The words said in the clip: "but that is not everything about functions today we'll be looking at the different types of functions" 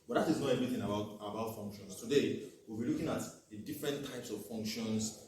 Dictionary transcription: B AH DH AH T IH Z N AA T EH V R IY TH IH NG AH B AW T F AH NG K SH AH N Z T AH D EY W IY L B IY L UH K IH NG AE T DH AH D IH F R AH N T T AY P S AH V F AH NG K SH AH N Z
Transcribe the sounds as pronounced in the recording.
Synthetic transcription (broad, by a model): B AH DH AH T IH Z N AA T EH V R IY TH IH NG AH B AW T F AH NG K SH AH N S T AH D EY W IY L B IY L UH K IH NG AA T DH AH D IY F R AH N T T AY P S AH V F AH NG K SH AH N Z